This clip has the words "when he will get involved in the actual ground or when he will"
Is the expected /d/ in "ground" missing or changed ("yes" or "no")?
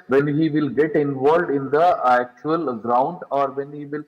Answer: no